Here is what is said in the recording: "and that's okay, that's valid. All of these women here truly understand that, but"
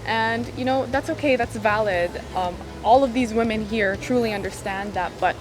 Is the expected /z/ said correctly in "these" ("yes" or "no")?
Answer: yes